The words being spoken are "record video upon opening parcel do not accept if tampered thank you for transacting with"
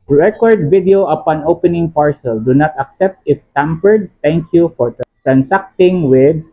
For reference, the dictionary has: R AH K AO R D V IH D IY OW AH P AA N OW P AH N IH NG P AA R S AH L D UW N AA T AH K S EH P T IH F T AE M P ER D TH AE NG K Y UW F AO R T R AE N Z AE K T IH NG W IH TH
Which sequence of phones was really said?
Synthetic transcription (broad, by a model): R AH K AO R D V IH D IY OW AH P AA N OW P AH N IH NG P AA R S AH L D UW N AA T AH K S EH P T IH F T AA M P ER D T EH NG K Y UW F AO R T R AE N S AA K T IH NG W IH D